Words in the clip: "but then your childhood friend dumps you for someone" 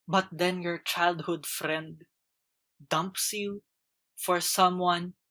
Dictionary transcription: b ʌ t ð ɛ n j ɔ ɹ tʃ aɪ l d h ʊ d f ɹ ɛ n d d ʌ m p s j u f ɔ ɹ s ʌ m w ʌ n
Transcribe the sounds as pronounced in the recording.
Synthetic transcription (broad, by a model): b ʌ t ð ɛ n j ɔ ɹ tʃ aɪ l d h ʊ d f ɹ ɛ n d d ʌ m p s j u f ɔ ɹ s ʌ m w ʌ n